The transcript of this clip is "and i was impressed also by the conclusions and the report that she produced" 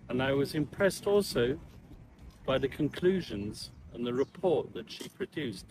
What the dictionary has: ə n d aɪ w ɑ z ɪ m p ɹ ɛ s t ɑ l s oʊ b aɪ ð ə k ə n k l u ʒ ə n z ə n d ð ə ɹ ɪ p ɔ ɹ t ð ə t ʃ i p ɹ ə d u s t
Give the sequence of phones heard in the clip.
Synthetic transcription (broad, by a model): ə n aɪ w ɑ z ɪ m p ɹ ɛ s t ɑ l s oʊ b aɪ ð ə k ə n k l u ʒ ə n z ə n ð ə ɹ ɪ p ɔ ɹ t ð ə t ʃ i p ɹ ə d u s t